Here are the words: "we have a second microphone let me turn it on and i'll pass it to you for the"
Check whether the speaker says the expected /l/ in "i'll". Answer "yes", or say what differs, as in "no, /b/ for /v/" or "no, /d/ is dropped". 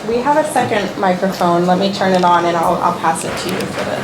yes